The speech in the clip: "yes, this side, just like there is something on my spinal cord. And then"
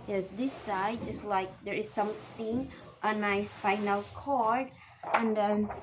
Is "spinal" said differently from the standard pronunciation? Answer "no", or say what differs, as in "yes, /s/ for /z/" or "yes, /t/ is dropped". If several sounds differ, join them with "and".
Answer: yes, /f/ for /p/